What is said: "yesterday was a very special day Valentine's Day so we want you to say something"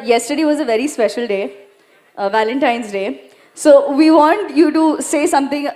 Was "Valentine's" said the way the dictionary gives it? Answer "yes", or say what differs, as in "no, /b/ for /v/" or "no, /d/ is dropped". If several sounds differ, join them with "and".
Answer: yes